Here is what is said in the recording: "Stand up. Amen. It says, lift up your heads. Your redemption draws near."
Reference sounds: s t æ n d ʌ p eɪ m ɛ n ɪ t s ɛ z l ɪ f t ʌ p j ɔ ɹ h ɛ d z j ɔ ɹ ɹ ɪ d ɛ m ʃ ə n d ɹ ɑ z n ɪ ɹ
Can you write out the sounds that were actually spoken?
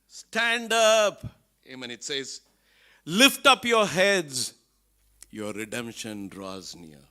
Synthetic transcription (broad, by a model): s t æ n d ʌ p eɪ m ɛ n ɪ t s ɛ z l ɪ f t ʌ p j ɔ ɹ h ɛ d z j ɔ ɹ ɹ ɪ d ɛ m ʃ ə n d ɹ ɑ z n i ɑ